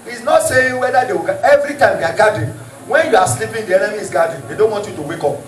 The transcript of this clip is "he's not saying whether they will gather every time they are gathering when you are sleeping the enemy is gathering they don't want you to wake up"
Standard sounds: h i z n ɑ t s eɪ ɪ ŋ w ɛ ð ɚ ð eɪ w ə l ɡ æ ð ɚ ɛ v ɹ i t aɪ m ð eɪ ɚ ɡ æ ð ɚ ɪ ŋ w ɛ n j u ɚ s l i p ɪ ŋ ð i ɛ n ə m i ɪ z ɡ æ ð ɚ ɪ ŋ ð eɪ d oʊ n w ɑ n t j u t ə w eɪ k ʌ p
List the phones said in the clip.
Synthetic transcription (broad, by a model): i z n ɑ t s eɪ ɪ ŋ w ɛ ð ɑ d eɪ w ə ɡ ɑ ɛ v ɹ i t aɪ m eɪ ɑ ɡ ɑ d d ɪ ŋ w ɛ n j u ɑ s l i p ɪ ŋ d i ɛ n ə i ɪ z ɡ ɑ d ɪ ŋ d eɪ d oʊ n w ɑ n t j u t ə w eɪ k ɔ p